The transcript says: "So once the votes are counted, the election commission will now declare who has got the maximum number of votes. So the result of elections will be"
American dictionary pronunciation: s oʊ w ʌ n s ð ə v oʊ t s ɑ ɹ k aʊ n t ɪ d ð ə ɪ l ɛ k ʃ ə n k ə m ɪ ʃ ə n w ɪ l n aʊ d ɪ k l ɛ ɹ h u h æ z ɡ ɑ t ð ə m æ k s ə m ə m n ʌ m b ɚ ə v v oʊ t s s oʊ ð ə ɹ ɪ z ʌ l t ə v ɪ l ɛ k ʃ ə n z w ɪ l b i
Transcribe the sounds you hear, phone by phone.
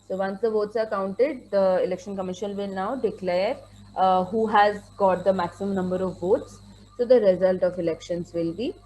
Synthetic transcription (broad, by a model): s oʊ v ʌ n s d ə v oʊ t s ɑ ɹ k aʊ n t ɪ d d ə ɪ l ɛ k ʃ ə n k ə m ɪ ʃ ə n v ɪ l n aʊ d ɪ k l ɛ ɹ h u h æ z ɡ ɑ t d ə m æ k s ə m ə m n ʌ m b ɚ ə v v oʊ t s s oʊ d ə ɹ ɪ z ʌ l t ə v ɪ l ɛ k ʃ ə n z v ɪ l b i